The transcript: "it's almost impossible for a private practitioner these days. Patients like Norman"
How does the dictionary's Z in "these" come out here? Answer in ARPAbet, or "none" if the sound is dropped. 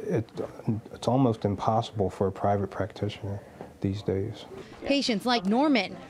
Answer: Z